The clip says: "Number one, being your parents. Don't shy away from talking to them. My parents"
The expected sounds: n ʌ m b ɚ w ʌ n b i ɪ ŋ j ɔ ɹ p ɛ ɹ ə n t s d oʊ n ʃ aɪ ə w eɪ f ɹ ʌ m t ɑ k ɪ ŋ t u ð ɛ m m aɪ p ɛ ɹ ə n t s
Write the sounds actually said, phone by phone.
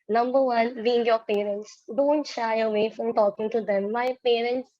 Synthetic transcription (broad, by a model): n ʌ m b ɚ w ʌ n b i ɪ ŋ j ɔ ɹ p ɛ ɹ ə n t s d oʊ n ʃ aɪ ə w eɪ f ɹ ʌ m t ɑ k ɪ ŋ t u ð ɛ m m aɪ p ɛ ɹ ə n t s